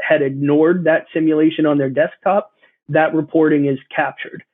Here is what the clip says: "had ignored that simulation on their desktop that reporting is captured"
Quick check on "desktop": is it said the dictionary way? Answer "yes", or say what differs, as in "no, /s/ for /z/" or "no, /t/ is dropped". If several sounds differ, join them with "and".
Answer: yes